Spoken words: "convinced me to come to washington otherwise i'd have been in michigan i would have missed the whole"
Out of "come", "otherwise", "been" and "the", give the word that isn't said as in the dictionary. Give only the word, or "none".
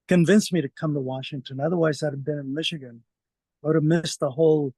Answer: none